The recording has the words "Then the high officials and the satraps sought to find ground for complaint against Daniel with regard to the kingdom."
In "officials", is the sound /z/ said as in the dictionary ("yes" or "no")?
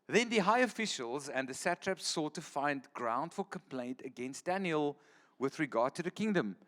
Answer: yes